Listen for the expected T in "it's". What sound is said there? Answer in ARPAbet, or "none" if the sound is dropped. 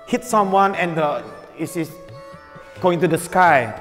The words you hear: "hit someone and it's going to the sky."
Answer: S